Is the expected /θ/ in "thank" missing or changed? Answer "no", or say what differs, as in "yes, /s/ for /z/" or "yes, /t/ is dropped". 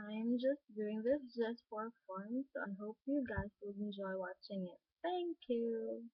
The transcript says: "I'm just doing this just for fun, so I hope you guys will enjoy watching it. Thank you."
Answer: yes, /t/ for /θ/